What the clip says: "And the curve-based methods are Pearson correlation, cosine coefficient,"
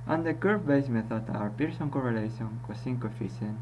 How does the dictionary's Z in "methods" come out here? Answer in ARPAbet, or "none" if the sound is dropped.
none